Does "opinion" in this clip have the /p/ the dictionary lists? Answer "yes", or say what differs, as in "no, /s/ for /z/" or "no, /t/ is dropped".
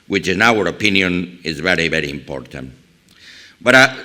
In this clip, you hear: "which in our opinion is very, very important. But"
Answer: yes